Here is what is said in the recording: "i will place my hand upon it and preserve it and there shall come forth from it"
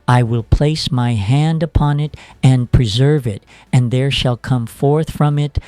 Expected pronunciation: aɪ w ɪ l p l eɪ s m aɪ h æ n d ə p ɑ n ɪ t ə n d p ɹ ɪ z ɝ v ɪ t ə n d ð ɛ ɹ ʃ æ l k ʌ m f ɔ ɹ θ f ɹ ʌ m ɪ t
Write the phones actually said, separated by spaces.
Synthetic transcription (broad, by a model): aɪ w ɪ l p l eɪ s m aɪ h æ n d ə p ɑ n ɪ t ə n p ɹ ɪ z ɝ v ɪ t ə n ð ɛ ɹ ʃ æ l k ʌ m f ɔ ɹ θ f ɹ ʌ m ɪ t